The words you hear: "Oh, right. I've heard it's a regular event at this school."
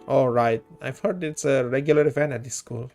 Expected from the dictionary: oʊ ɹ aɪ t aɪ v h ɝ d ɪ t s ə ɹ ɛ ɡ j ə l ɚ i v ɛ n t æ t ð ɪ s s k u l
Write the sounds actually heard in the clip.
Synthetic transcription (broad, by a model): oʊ ɹ aɪ t aɪ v h ɝ d ɪ t s ə ɹ ɛ ɡ j ə l ɚ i f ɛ n æ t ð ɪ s s k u l